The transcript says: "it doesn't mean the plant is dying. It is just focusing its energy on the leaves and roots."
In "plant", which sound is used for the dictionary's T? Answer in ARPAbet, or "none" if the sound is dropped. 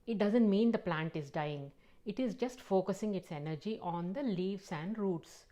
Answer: T